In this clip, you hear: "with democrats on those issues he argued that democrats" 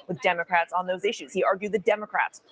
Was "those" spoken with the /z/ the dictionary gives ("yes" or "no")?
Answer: yes